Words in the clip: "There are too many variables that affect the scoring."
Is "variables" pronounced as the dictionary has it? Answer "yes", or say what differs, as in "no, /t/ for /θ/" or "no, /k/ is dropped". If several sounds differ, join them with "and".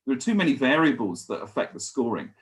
yes